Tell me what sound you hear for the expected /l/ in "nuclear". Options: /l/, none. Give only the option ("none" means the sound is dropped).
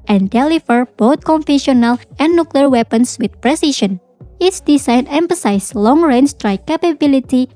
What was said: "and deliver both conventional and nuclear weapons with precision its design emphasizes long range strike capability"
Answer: /l/